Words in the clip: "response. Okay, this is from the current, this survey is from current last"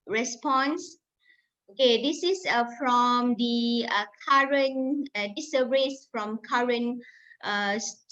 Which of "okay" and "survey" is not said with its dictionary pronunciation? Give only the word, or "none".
survey